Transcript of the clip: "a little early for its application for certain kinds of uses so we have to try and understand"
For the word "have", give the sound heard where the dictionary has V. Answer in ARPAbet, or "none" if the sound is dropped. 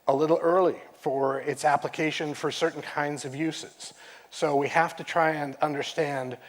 F